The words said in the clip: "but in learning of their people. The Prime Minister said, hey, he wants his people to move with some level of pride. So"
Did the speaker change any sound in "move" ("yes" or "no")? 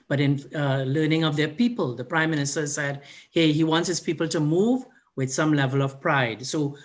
no